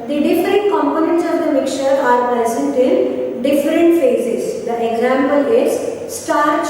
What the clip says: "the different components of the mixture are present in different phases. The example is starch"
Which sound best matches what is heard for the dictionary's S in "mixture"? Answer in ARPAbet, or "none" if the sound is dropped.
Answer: none